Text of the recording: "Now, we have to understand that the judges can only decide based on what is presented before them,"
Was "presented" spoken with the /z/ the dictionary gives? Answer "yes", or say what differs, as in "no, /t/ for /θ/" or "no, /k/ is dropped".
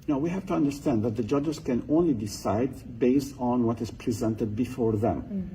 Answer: yes